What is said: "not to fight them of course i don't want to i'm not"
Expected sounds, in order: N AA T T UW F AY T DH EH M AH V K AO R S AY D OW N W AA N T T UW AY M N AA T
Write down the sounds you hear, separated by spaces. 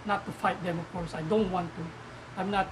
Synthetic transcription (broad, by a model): N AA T T UW F AY T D EH M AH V K AO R S AY D OW N W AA N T T UW AY M N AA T